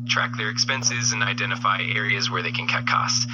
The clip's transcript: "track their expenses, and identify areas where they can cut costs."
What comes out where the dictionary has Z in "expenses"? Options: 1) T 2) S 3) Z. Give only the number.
3